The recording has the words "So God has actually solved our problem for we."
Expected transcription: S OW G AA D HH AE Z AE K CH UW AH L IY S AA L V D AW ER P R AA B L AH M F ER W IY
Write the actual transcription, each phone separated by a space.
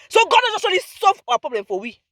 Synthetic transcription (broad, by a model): S OW G AA D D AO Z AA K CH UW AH L IY S AA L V AW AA P R AA B L AH M F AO W IY